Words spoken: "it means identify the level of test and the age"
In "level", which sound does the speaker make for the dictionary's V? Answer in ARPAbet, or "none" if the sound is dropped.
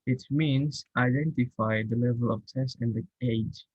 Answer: V